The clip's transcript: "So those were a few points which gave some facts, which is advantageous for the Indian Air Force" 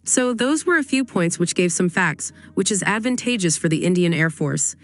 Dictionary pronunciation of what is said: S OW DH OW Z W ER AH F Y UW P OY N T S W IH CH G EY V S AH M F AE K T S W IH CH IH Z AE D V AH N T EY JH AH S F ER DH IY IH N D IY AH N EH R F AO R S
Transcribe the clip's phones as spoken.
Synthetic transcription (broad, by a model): S OW DH OW Z W ER AH F Y UW P OY N T S W IH CH G EY V S AH M F AE K T S W IH CH IH Z AE D V AH N T EY JH AH S F ER DH IY IH N D IY AH N EH R F AO R S